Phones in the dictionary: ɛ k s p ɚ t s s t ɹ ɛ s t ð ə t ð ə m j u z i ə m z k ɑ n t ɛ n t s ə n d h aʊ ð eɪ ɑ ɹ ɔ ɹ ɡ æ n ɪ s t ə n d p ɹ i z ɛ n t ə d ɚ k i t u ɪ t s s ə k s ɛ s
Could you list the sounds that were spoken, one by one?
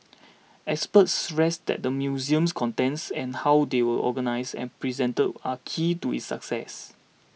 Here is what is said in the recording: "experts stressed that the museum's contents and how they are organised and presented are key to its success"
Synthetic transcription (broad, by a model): ɛ k s p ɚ t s s t ɹ ɛ s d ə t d ə m j u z i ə m s k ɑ n t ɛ n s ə n h aʊ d eɪ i l ɔ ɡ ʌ n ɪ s ə n p ɹ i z ɛ n t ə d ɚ k i t u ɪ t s s ə k s ɛ s